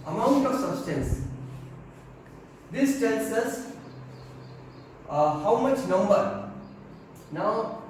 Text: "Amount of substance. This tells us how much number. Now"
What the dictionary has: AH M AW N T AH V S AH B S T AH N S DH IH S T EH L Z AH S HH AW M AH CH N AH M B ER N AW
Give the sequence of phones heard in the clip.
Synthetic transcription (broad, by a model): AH M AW N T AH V S AH B S T AH N S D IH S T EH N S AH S HH AW M AH CH N AH M B ER N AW